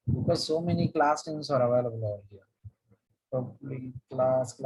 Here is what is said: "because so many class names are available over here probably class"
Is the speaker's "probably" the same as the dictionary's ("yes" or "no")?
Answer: no